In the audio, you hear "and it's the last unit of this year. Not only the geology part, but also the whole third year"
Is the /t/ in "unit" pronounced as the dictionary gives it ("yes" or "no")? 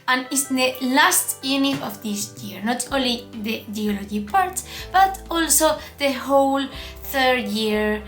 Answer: no